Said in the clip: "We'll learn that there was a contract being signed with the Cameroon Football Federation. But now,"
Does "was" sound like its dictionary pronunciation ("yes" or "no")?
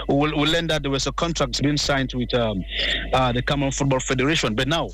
no